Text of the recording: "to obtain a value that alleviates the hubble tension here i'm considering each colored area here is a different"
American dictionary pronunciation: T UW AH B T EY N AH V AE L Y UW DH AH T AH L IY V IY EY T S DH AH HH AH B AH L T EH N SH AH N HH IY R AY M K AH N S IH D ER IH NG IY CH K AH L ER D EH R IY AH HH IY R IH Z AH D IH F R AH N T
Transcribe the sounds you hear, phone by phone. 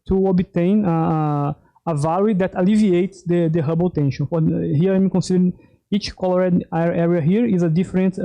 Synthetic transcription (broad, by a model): T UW AH B T EY N AH V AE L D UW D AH T AH L IY V IY EY T S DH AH HH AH B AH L T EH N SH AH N HH IY R AY M K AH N S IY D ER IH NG IY CH K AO L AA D EH R IY AH HH IY R IH Z AH D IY F R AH N T